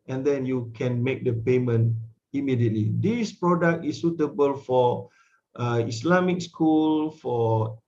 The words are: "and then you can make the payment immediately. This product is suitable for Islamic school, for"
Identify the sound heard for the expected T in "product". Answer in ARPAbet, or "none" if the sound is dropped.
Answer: T